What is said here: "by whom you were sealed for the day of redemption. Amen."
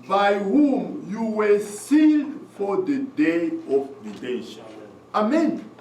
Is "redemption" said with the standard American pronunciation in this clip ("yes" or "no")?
no